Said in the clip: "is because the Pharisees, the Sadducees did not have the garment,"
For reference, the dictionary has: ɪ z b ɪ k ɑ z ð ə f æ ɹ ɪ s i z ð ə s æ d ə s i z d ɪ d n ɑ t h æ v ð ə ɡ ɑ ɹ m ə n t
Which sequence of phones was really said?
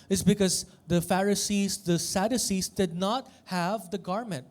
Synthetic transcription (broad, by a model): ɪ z b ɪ k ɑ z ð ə f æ ɹ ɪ s i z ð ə s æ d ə s i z d ɪ d n ɑ t h æ v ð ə ɡ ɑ ɹ m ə n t